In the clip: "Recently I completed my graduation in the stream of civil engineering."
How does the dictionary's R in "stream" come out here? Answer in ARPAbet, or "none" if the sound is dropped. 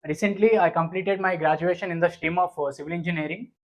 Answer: none